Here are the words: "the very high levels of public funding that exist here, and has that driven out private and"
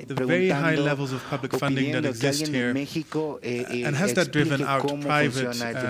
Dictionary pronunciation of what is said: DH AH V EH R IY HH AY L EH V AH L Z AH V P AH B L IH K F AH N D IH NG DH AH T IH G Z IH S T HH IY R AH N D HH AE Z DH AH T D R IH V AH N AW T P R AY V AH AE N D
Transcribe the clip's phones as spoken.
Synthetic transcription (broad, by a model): DH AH V EH R IY HH AY L EH V AH L Z AH V P AH B L IH K F AH N D IH NG DH AH T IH G Z IH S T HH IY R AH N HH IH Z DH AH T D R IH V AH N AW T P R AY V AH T